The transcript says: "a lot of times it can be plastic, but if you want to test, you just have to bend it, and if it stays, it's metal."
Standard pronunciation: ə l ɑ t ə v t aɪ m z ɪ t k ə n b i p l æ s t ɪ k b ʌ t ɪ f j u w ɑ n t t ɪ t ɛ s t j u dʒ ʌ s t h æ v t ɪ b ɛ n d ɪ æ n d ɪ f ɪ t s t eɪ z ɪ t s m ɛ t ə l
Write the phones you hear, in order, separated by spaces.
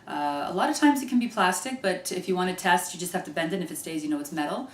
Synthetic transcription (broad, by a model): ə l ɑ t ə v t aɪ m z ɪ t k n b i p l æ s t ɪ k b ʌ t ɪ f j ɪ w ɑ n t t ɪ t ɛ s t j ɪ dʒ ʌ s t h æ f t ɪ b ɛ n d ɪ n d ɪ f ɪ t s t eɪ z ɪ t s m ɛ t l